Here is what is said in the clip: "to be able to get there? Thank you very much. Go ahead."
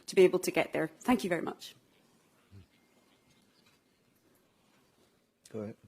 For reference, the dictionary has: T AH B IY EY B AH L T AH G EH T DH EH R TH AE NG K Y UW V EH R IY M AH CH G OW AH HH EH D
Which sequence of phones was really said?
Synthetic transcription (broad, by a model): T AH B IY EY B AH L T AH G EH T DH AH R TH AE NG K Y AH V EH R IY M AH CH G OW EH